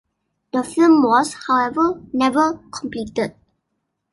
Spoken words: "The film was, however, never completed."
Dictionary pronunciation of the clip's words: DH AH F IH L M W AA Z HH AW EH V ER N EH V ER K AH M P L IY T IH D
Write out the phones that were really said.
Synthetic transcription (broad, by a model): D AH F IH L M W AA S HH AW EH V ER N EH V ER K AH M P L IY T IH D